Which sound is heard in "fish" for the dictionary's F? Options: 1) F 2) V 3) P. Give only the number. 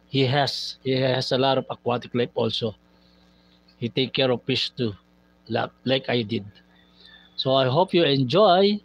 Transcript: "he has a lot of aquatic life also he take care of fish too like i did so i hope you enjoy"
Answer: 3